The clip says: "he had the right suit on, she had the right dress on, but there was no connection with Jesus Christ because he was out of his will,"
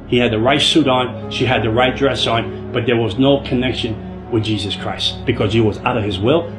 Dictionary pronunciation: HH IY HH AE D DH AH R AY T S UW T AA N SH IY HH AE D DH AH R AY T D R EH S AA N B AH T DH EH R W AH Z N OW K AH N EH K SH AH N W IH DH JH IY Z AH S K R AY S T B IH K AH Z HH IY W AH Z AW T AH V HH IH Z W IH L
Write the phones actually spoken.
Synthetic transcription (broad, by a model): HH IY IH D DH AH R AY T S UW T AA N SH IY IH D DH AH R AY T D R EH S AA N B AH T DH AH R W AH Z N OW K AH N EH K SH AH N W IH DH JH IY Z AH S K R AY S T B IH K AH Z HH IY W AH Z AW T AH V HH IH Z W IH L